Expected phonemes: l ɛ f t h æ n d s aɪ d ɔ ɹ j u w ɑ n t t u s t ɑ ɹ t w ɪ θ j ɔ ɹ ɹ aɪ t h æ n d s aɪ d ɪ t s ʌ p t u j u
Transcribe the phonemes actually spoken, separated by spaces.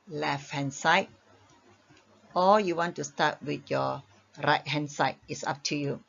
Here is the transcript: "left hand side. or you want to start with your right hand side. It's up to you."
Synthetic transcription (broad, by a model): l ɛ f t h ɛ n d s aɪ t ɔ l j u w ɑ n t t u s t ɑ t w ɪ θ j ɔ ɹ ɹ aɪ t h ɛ n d s aɪ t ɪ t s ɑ p t u j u